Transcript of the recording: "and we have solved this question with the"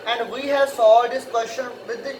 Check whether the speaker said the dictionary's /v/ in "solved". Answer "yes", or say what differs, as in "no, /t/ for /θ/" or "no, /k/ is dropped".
no, /v/ is dropped